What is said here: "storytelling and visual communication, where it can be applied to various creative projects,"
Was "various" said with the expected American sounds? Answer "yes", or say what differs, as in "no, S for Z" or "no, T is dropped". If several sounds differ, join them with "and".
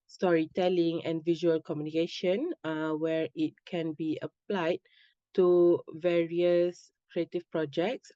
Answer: yes